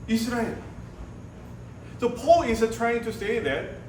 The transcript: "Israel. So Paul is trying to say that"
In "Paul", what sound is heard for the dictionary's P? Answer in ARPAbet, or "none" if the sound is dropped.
P